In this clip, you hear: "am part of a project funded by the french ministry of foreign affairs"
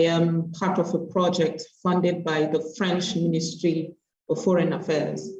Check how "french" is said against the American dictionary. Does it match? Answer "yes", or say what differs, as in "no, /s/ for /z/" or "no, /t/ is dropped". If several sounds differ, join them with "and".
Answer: yes